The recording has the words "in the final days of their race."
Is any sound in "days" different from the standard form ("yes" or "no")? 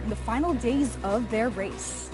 no